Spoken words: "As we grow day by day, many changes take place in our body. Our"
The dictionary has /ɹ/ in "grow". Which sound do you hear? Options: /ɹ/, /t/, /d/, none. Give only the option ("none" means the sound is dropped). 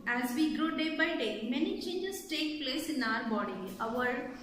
/ɹ/